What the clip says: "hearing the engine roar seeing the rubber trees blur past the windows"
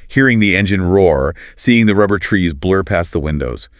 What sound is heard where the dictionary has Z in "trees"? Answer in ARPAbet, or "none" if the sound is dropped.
Z